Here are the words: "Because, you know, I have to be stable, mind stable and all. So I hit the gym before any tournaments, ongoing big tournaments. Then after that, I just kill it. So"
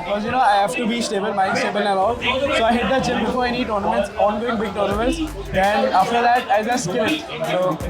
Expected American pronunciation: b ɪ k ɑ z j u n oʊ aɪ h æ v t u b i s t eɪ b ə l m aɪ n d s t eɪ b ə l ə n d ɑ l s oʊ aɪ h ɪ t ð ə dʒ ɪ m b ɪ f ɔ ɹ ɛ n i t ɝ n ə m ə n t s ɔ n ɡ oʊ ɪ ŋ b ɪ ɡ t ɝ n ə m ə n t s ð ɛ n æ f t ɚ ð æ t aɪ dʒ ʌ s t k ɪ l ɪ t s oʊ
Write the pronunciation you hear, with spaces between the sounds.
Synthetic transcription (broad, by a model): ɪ k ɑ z j u n oʊ aɪ h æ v t u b i s t eɪ b ə l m aɪ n s t eɪ b ə l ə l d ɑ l s oʊ aɪ h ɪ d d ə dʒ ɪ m b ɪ f ɔ ɹ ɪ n i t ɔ n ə m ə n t s ɔ n ɡ oʊ ɪ ŋ b ɪ ɡ t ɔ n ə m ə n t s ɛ n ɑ f t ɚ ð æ t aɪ z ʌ s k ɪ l ɪ t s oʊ